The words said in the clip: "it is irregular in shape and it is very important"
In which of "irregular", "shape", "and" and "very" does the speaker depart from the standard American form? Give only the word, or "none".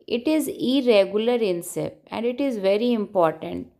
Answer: shape